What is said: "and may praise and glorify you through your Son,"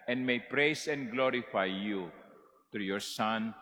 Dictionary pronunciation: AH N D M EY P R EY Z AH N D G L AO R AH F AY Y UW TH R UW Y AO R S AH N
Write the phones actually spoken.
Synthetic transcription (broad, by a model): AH N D M EY P R EY S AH N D G L AO R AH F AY Y UW T R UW Y AO R S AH N